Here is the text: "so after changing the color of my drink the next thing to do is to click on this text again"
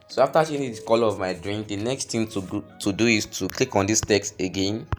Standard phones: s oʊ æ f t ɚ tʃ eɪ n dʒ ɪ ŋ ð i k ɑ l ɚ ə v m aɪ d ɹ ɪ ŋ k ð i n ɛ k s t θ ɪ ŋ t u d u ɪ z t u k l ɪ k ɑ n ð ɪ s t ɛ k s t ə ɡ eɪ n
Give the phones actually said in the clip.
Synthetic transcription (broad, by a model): s oʊ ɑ f t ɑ ʃ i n ɪ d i k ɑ l ə v m aɪ d ɹ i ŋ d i n ɛ k s t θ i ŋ t u d u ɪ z t u k l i k ɑ n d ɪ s t ɛ k s t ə ɡ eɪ n